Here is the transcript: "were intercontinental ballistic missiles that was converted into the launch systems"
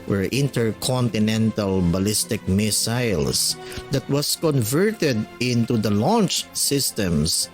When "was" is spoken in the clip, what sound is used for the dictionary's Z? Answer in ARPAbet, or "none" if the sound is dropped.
S